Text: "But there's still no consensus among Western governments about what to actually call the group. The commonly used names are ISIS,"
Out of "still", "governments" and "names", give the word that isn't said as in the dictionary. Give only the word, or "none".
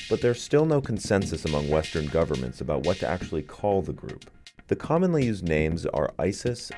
none